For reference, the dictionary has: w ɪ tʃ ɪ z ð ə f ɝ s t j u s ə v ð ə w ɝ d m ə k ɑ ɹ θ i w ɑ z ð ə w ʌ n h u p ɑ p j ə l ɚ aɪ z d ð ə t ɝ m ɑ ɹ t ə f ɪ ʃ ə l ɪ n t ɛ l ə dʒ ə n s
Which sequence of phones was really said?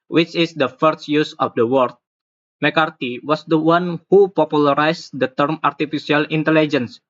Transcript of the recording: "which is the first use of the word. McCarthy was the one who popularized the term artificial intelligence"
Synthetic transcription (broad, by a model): w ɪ tʃ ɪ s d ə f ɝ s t j u s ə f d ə w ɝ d m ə k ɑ ɹ t i w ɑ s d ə w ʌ n h u p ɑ p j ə l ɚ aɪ s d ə t ɝ m ɑ ɹ t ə f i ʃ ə l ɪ n t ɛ l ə dʒ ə n s